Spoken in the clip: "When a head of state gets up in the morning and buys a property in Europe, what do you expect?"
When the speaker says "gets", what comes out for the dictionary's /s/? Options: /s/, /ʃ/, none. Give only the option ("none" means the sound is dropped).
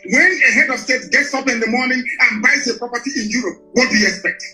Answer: /s/